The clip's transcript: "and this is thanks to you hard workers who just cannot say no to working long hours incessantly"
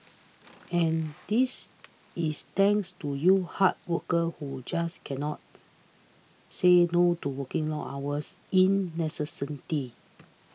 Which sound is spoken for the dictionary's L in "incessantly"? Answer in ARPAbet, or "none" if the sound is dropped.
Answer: none